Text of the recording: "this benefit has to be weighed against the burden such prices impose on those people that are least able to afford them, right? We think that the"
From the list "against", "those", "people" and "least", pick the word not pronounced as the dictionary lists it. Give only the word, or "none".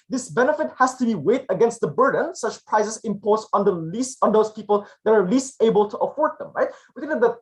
none